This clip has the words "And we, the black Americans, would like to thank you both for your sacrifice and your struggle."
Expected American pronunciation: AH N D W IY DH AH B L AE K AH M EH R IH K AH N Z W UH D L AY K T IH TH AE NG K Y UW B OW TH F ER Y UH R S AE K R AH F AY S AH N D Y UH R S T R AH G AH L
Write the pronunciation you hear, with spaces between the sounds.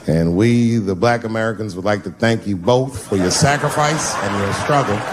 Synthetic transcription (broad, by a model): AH N W IY DH AH B L AE K AH M EH R IH K AH N Z W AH D L AY K T IH TH AE NG K Y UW B OW TH F ER Y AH R S AE K R AH F AY S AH N Y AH R S T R AH G L